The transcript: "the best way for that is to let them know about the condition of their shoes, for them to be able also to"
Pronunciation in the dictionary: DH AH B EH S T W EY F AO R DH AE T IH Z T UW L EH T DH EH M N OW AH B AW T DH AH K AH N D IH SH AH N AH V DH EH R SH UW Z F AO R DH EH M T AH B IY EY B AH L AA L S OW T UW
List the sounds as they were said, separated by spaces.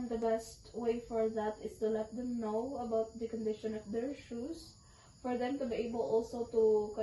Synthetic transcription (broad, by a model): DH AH B EH S T W EY F AO R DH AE T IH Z T UW L EH T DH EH M N OW AH B AW T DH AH K AH N D IH SH AH N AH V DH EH R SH UW S F AO R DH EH M T AH B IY EY B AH L AA L S OW T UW